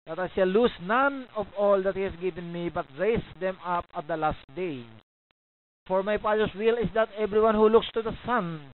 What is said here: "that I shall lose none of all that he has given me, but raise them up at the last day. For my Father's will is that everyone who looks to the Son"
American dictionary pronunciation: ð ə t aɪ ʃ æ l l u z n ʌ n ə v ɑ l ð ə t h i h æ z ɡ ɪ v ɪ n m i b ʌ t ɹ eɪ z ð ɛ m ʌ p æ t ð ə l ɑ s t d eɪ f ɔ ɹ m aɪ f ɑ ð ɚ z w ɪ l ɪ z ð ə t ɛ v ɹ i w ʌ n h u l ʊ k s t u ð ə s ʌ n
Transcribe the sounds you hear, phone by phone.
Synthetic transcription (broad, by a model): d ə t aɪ s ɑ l l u s n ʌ n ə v ɑ l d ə t h i h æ s ɡ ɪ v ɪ n m i b ʌ t ɹ eɪ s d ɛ m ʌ p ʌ t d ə l ɑ s t d eɪ f ɔ ɹ m aɪ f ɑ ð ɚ s w ɪ l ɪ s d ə t ɛ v ɹ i w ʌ n h u l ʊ k s t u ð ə s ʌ n